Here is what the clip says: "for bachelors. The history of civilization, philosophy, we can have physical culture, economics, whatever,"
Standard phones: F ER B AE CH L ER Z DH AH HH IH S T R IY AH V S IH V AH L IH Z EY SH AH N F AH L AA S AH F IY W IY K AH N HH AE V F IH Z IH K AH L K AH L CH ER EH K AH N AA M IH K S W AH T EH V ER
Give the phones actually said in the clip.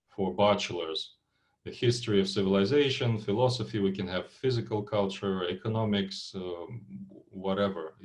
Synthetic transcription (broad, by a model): F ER B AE CH L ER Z DH AH HH IH S T R IY AH V S IH V AH L IH Z EY SH AH N F AH L AA S AH F IY W IY K AH N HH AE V F IH Z IH K AH L K AH L CH ER EH K AH N AA M IH K S W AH T EH V ER